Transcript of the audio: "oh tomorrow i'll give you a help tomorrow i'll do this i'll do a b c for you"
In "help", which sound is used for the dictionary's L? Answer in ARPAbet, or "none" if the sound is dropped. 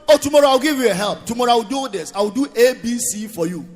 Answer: L